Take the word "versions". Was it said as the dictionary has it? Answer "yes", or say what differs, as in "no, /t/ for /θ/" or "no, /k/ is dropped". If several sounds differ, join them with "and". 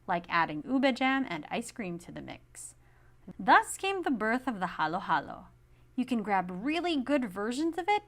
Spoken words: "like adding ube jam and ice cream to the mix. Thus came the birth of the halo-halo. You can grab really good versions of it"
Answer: yes